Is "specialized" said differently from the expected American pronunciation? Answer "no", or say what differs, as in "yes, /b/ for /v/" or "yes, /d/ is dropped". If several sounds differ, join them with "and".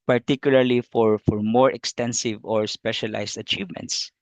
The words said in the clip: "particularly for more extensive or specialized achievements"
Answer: yes, /s/ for /z/